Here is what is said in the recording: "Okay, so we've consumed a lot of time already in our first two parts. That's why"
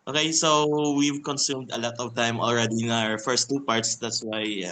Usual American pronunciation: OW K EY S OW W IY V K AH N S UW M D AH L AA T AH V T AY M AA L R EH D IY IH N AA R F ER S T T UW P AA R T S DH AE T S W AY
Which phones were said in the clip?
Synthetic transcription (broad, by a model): OW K EY S OW W IY V K AH N S UW M D AH L AA T AH V T AY M AA L R EH D IY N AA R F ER S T T UW P AA R T S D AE T S W AY